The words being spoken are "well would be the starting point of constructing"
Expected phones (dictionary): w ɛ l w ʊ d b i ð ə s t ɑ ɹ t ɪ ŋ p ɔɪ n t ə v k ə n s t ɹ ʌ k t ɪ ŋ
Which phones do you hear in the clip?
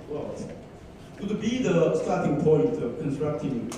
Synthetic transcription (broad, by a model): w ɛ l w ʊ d b i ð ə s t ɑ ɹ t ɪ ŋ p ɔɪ t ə k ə n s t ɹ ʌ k t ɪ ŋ